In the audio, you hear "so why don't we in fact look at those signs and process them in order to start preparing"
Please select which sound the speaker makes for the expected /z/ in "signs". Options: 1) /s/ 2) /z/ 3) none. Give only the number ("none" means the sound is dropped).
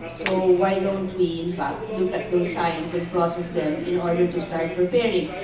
1